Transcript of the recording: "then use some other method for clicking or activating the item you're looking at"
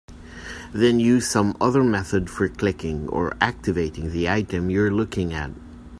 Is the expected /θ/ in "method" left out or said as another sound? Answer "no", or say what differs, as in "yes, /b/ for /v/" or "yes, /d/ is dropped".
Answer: no